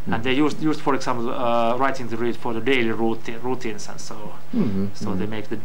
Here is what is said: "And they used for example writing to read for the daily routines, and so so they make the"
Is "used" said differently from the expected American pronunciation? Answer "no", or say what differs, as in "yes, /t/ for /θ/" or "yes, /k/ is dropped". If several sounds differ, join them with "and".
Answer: yes, /s/ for /z/